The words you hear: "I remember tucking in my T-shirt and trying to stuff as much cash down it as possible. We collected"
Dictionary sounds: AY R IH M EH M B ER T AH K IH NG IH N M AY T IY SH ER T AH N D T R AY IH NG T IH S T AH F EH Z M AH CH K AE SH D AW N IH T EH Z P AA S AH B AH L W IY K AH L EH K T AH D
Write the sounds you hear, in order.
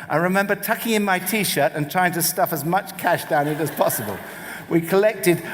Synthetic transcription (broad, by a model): AY R IH M EH M B ER T AH K IH NG IH N M AY T IY SH ER T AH N T R AY IH NG T IH S T AH F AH Z M AH CH K AE SH D AW N IH T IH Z P AA S AH B AH L W IY K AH L EH K T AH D